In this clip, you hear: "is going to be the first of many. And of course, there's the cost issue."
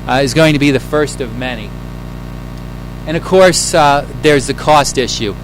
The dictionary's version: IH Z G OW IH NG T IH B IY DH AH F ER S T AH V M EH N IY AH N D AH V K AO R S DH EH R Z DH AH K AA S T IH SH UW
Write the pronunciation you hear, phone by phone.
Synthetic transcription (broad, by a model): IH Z G OW IH NG T IH B IY DH AH F ER S T AH V M EH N IY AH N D AH V K AO R S DH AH R Z DH AH K AA S T IH SH UW